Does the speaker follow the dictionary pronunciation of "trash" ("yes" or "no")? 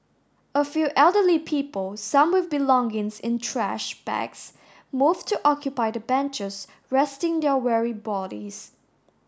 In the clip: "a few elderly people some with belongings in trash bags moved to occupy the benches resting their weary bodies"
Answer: yes